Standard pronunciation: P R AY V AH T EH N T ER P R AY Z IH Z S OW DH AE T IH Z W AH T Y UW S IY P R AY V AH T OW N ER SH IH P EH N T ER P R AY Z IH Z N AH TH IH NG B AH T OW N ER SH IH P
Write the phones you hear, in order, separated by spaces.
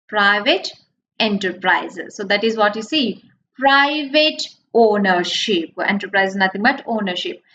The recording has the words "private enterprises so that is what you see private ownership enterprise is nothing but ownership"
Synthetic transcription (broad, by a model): P R AY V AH T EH N T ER P R AY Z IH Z S OW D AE T IH Z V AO T Y UW S IY P R AY V AH T OW N ER SH IH P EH N T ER P R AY IH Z N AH T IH NG B AH T OW N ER SH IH P